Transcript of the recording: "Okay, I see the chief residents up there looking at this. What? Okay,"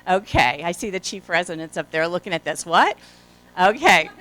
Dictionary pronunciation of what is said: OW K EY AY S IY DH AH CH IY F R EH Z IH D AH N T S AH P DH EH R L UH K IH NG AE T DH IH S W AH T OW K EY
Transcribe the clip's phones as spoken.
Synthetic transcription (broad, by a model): OW K EY AY S IY DH AH CH IY F R EH Z IH D AH N T S AH P DH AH R L UH K IH NG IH T DH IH S W AH T OW K EY